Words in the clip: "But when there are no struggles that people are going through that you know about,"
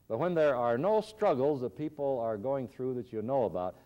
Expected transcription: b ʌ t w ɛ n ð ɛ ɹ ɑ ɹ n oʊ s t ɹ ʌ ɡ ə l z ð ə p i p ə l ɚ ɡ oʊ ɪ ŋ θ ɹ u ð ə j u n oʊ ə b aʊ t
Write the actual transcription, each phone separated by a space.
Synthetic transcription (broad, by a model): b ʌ t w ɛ n ð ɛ ɹ ɑ ɹ n oʊ s t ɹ ʌ ɡ l z ð ə p i p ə l ɚ ɡ oʊ ɪ ŋ θ ɹ u ð ə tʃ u n oʊ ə b aʊ t